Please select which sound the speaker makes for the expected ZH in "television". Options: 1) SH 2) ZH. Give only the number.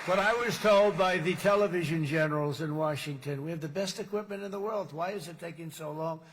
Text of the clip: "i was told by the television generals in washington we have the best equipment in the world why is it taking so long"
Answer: 2